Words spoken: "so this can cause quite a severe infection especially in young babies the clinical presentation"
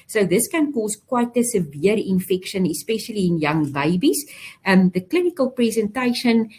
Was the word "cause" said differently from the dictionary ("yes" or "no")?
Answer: yes